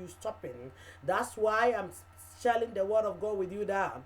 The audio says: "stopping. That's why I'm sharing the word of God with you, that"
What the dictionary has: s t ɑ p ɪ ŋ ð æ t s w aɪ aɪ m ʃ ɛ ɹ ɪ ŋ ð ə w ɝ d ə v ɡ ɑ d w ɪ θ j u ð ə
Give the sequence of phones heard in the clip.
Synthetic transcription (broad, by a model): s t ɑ p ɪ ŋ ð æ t s w aɪ aɪ m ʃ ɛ l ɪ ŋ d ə w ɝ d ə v ɡ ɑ w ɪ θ j u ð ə